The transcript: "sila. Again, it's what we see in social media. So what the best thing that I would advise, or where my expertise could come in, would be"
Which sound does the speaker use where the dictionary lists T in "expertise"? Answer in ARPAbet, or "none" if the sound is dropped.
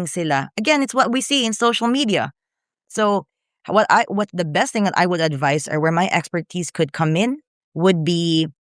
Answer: T